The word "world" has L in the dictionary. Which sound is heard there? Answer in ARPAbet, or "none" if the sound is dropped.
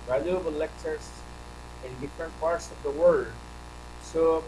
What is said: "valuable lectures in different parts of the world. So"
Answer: none